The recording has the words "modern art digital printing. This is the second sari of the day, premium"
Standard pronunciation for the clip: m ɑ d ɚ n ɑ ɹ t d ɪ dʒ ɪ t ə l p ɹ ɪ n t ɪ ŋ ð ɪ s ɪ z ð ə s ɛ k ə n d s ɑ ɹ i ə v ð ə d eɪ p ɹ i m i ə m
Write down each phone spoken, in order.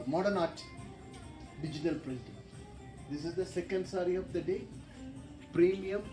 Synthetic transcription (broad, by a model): m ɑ d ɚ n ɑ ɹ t d ɪ dʒ ɪ t ə l p l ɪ t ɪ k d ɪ s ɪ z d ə s ɛ k ə n d s ɑ ɹ i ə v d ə d eɪ p ɹ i m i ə m